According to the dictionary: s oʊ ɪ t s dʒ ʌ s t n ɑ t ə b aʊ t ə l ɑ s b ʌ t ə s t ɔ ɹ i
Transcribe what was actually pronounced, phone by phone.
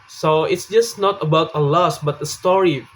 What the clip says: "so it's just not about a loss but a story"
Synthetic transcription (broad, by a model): s oʊ ɪ t s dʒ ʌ s n ɑ t ə b aʊ t ə l ɑ s b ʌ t ə s t ɔ ɹ i